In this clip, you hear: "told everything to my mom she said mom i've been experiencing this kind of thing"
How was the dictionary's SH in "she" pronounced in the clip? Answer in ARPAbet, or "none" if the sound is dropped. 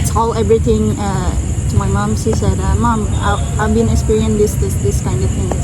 S